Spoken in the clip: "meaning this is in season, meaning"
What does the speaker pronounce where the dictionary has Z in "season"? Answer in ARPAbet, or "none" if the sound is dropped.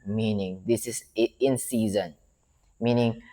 Z